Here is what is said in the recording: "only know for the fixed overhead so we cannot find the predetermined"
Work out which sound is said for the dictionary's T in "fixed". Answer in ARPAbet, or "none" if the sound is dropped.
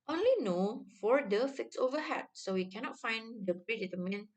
none